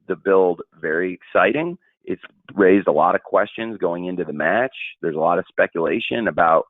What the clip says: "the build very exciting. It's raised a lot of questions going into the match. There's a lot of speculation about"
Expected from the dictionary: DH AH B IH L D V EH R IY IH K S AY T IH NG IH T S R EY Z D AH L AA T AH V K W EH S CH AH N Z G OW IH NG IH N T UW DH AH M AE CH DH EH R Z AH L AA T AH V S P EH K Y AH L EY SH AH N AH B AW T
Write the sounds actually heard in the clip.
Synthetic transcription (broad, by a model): DH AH B IH L D V EH R IY IH K S AY T IH NG IH T S R EY Z D AH L AA T AH V K W EH S CH AH N Z G OW IH NG IH N T UW DH AH M AE CH DH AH R Z AH L AA T AH V S P EH K Y AH L EY SH AH N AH B AW T